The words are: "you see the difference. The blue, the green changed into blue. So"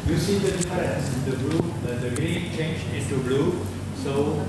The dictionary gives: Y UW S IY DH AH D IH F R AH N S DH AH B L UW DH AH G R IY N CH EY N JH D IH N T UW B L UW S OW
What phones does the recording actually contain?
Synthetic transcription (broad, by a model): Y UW S IY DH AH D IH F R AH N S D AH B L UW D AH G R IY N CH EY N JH IH N T UW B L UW S OW